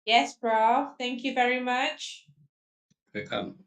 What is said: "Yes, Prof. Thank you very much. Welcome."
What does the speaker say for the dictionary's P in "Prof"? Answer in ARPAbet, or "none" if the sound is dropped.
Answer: B